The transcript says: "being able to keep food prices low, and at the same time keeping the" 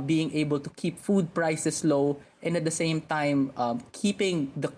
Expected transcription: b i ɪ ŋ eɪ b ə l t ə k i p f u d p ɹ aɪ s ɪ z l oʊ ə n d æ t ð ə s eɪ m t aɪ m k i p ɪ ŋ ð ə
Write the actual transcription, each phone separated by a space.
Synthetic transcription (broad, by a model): b i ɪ ŋ eɪ b ə l t ə k i p f u d p ɹ aɪ s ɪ s l oʊ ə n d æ t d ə s eɪ m t aɪ m k i p ɪ ŋ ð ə